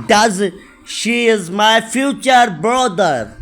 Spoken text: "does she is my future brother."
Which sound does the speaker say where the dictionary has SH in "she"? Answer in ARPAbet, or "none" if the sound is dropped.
SH